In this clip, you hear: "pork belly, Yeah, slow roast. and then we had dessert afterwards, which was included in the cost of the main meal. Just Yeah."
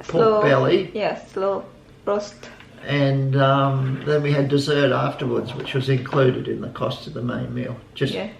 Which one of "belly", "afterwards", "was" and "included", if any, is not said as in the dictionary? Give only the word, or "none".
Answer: none